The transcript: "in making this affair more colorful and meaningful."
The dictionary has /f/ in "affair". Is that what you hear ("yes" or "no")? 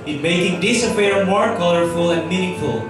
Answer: no